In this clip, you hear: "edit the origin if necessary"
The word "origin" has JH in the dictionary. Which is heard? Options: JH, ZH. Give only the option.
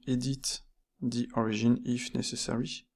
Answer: ZH